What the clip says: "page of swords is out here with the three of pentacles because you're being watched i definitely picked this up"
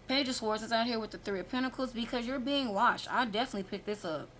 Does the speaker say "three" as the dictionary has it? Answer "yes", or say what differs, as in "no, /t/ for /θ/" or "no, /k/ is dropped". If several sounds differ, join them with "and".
yes